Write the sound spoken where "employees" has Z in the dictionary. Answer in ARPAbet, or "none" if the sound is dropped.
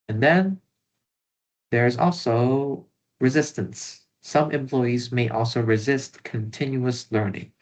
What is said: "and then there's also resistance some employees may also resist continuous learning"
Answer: Z